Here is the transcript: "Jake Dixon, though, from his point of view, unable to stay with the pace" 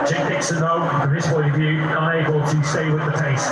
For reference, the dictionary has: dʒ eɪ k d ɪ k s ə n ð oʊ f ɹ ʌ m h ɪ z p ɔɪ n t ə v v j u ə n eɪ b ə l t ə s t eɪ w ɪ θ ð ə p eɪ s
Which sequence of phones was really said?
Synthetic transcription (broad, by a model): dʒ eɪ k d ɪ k s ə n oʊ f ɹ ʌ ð ɪ s p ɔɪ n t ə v v j u ə n eɪ b ə l t ə s t eɪ w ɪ ð ə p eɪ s